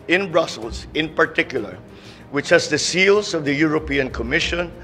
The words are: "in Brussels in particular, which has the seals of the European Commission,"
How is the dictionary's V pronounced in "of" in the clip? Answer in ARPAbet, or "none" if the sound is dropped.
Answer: V